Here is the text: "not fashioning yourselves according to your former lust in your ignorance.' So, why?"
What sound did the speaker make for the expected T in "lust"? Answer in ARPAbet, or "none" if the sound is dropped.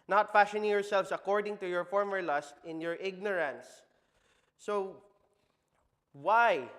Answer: T